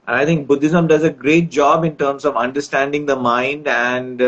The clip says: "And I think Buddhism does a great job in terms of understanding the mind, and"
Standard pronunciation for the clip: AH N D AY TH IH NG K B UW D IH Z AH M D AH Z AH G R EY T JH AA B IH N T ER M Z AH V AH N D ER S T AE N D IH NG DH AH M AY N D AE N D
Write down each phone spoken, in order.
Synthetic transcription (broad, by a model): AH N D AY T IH NG K B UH D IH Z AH M D AH Z AH G R EY T JH AA B IH N T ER M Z AH V AH N D ER S T AE N D IH NG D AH M AY N D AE N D